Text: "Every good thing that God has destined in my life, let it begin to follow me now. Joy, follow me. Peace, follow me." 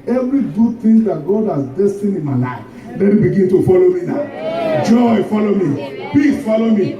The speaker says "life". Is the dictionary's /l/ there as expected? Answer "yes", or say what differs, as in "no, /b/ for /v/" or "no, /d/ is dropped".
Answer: no, /n/ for /l/